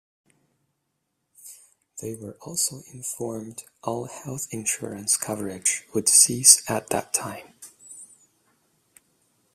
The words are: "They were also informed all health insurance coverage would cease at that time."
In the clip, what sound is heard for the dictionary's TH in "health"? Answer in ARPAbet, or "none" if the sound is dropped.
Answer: TH